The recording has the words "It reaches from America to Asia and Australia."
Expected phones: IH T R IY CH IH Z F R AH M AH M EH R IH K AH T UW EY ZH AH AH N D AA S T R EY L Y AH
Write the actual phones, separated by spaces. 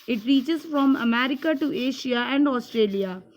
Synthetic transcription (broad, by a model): IH T R IY CH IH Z F R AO M AH M EH R IH K AH T UW EY SH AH AH N D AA S T R EY L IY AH